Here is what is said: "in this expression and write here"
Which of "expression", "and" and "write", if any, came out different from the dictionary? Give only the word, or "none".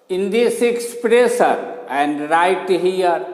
expression